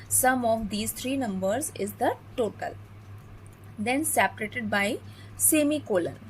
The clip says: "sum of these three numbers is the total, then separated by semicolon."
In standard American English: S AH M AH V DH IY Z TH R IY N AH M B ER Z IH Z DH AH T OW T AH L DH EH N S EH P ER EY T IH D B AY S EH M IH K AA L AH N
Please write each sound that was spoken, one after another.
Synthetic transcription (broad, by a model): S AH M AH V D IY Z T R IY N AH M B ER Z IH Z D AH T OW T AH L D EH N S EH P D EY T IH D B AY S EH M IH K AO L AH N